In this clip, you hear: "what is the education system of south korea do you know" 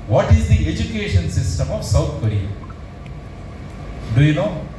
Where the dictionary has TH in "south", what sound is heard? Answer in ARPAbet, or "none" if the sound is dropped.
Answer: T